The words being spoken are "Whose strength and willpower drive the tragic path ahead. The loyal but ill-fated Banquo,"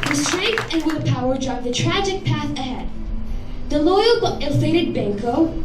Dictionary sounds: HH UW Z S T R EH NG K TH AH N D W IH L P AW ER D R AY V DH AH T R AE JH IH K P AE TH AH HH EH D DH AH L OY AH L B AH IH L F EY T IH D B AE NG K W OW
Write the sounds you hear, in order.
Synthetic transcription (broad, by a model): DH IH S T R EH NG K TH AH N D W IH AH P AW ER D R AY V DH AH T R AE JH IH K P AE TH AH HH EH D DH AH L OY AH L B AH IH L F EY T IH D B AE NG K OW